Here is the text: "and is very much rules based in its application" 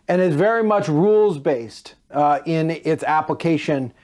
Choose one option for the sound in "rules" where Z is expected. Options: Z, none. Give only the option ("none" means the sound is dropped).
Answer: Z